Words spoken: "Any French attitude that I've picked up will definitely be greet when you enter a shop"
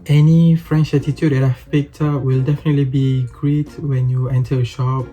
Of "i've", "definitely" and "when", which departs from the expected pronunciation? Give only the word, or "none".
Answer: i've